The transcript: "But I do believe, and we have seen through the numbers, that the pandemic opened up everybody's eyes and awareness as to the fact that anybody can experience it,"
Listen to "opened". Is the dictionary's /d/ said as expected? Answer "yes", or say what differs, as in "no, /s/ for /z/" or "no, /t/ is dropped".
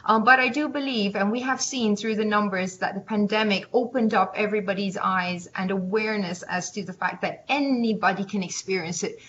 yes